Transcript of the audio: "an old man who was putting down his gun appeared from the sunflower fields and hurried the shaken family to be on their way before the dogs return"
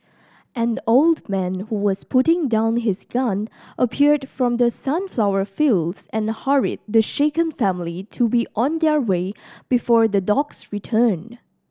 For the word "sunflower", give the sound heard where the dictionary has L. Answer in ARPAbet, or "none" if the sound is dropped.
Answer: L